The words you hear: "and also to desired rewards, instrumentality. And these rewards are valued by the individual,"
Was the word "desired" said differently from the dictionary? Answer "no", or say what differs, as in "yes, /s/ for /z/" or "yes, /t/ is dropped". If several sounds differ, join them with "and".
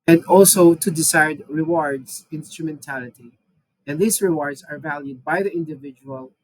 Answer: yes, /s/ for /z/